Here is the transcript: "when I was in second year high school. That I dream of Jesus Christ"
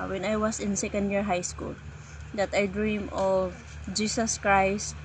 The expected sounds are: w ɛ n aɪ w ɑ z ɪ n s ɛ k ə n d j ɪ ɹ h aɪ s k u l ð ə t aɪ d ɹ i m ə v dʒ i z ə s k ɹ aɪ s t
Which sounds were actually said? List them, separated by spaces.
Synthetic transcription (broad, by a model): w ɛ n aɪ w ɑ s ɪ n s ɛ k ə n d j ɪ ɹ h aɪ s k u l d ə t aɪ d ɹ i m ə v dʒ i s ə s k ɹ aɪ s t